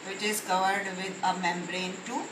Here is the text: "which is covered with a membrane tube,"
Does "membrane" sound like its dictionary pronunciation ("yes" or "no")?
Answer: yes